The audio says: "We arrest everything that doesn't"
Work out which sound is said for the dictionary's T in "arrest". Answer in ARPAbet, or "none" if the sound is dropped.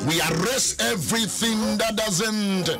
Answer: none